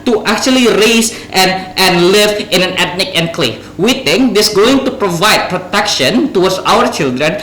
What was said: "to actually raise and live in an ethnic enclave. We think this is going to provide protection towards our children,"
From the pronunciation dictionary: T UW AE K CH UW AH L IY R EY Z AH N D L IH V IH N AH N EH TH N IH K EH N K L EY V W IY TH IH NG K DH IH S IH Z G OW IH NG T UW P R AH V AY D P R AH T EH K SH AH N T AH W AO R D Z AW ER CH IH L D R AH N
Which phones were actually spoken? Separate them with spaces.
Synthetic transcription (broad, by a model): T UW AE K CH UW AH L IY R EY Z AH N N L IH V IH N AH N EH T N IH K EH N K L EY F W IY T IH NG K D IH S G OW IH NG T UW P R AH V AY D P R AH T EH K SH AH N T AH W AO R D S AW ER CH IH L D R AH N